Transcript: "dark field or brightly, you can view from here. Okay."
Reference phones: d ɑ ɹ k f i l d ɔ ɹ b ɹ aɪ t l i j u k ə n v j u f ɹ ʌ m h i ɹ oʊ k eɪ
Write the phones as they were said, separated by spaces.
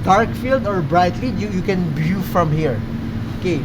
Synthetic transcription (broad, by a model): d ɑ ɹ k f i l d ɔ ɹ b ɹ aɪ t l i j u k ə n b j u f ɹ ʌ m h i ɹ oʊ k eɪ